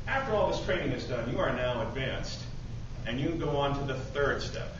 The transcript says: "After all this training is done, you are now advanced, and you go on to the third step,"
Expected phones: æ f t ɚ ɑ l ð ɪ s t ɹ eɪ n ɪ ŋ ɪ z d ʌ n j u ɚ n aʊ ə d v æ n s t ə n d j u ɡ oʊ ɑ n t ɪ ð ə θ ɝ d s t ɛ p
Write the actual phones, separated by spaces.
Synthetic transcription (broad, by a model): æ f t ɚ ɑ l ð ɪ s t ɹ eɪ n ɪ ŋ ɪ z d ʌ n j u ɚ n aʊ ə d v æ n s t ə n j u ɡ oʊ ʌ n t ɪ ð ə θ ɝ d s t ɛ p